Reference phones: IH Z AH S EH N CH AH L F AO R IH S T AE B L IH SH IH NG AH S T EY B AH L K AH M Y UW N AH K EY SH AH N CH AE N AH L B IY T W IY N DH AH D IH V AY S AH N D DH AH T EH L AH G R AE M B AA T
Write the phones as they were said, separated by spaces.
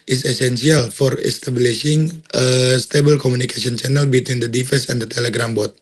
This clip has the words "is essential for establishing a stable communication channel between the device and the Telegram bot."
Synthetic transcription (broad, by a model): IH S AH S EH N S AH L F AO R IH S T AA B L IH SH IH NG AH S T EY B AH L K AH M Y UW N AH K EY S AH N CH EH N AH L B IY T W IY N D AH D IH F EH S AH N D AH T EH L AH G R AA M B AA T